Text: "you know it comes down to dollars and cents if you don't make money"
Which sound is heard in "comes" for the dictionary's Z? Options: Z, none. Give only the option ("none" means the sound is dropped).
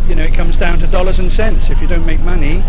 Z